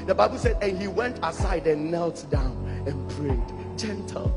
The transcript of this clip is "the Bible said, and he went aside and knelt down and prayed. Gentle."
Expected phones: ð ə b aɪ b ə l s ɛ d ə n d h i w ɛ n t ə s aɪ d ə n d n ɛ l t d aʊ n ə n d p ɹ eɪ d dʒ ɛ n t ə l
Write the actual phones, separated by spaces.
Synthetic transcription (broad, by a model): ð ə b aɪ b ə l s ɛ d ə n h i w ɛ n t ə s aɪ d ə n n ɛ l t d aʊ n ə n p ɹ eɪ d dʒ ɛ n t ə l